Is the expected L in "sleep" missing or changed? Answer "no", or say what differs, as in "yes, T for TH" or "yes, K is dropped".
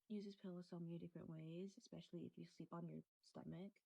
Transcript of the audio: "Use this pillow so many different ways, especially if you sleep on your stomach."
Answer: no